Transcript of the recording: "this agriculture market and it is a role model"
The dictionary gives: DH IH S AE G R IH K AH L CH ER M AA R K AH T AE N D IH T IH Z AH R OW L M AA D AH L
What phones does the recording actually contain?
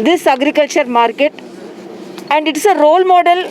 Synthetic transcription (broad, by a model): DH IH S AE G R IH K AH L CH ER M AA R K AH T AE N D IH T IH S AH R OW L M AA D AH L